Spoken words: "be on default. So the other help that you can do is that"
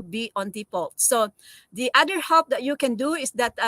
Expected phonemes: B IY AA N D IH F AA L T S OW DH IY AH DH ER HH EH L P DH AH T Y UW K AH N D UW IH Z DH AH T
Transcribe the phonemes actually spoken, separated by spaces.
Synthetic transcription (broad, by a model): B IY AA N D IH P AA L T S OW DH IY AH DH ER HH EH P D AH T Y UW K AH N D UW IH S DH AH T